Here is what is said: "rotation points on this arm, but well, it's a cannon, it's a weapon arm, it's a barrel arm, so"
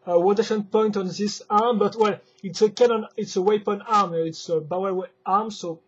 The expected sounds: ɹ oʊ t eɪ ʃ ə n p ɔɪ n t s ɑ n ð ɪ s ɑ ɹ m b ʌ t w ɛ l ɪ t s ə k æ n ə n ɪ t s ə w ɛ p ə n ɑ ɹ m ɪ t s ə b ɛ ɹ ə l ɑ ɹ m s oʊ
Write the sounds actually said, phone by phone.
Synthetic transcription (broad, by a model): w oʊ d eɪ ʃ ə n p ɔɪ n t ɑ n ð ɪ s ɑ ɹ m b ʌ t w ɛ l ɪ t s ə k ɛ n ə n ɪ t s ə w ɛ p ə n ɑ ɹ m ɪ t s ə b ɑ w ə ɑ ɹ m s oʊ